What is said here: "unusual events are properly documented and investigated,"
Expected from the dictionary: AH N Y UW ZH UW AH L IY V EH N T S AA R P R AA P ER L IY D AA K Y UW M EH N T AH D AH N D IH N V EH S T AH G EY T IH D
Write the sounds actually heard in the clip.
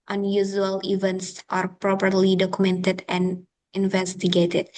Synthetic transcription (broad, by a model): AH N Y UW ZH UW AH L IY V EH N T S AA R P R AA P ER L IY D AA K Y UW M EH N T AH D AH N D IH N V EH S T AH G EY T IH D